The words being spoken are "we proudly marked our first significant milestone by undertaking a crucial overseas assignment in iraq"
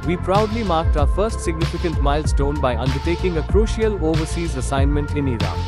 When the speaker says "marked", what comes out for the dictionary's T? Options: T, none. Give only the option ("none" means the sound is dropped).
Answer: T